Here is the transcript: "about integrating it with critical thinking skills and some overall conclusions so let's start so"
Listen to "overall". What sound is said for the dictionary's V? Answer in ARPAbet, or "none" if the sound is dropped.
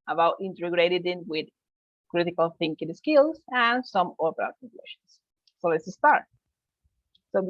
P